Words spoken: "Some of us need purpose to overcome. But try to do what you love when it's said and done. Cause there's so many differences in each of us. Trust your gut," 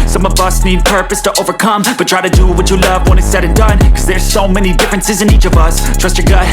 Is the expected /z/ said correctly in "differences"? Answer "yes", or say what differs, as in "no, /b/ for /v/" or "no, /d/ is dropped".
yes